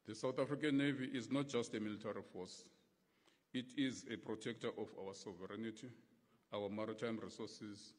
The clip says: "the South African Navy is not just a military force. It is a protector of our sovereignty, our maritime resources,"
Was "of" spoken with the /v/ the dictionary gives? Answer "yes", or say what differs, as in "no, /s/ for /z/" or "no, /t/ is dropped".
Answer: no, /f/ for /v/